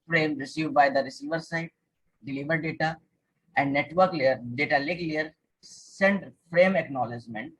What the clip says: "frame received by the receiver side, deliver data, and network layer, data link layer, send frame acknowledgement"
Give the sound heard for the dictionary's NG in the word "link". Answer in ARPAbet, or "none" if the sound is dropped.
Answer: none